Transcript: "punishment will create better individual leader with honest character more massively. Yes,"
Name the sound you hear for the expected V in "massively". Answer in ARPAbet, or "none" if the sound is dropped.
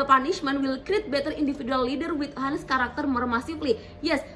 P